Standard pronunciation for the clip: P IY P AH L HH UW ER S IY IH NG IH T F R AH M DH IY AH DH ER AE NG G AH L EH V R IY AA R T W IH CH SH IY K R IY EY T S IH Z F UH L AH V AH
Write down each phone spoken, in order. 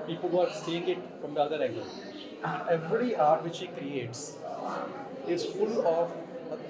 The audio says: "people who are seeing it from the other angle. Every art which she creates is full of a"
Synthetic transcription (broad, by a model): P IY P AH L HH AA S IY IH NG IH T F R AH M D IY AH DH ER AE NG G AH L EH V R IY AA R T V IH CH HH IY K R IY EY T S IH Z F UH L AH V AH